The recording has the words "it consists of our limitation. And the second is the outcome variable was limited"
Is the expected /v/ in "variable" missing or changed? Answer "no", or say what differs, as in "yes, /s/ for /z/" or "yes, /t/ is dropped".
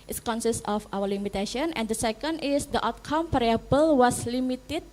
yes, /p/ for /v/